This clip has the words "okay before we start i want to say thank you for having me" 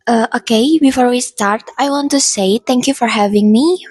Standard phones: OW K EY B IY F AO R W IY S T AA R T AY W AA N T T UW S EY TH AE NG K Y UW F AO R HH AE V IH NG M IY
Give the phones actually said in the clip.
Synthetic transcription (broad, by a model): OW K EY B IY F AO R W IY S T AA R T AY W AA N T T UW S EY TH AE NG K Y UW F AO R HH AE V IH NG M IY